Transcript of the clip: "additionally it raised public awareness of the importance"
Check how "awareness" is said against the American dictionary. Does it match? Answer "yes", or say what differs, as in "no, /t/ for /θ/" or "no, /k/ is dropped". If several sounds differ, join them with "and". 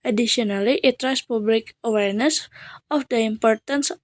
yes